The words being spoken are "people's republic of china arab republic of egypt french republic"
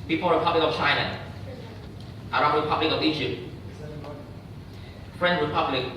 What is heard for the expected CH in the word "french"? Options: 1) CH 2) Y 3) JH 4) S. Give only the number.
4